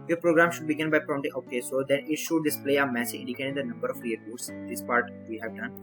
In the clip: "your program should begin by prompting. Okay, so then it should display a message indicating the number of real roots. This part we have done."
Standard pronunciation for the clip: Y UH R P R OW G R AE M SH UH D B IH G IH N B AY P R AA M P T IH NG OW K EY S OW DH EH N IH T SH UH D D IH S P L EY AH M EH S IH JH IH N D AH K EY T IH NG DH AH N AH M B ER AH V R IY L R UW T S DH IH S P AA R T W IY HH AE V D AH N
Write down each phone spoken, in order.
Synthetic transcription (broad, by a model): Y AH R P R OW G R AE M SH UH D B IH G IH N B AY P R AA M T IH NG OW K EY S OW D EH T IH T SH UH D D IH S P L EY AH M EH S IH IH N D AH K EY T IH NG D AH N AH M B ER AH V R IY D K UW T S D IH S P AA R T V IY HH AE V D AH N